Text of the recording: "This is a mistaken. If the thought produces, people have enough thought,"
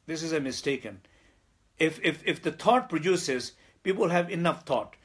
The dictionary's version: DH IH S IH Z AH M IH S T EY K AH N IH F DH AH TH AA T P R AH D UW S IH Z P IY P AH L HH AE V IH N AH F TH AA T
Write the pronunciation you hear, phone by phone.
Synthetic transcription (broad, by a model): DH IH S IH Z AH M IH S T EY K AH N IH F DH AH T AA T P R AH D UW S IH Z P IY P AH L HH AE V IH N AH F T AA T